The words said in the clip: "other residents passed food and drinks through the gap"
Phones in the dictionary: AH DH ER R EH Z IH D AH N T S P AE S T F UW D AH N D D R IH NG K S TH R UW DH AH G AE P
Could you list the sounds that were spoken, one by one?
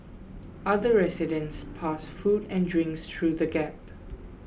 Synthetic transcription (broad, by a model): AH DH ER R EH S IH D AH N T S P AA S F UW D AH N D D R IH NG K S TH R UW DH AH G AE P